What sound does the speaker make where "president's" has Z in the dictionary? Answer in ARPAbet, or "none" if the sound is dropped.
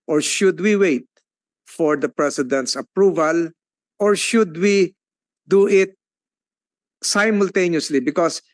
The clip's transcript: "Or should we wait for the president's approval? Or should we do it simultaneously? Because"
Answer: S